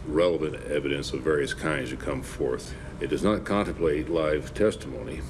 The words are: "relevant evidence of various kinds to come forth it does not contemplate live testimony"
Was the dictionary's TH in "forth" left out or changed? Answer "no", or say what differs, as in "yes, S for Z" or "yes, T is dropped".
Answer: no